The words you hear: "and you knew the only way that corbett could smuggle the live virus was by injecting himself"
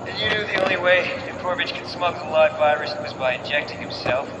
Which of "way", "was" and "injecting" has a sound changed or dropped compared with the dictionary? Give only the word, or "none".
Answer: none